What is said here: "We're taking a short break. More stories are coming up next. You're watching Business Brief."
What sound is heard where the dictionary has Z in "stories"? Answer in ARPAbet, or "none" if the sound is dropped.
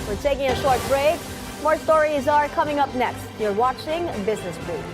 Z